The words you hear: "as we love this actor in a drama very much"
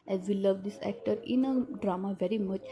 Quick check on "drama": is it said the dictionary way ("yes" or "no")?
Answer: yes